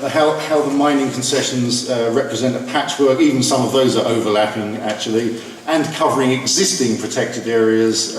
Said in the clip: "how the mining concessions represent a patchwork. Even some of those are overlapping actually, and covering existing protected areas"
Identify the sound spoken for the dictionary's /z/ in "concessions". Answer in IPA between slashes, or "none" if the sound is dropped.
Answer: /z/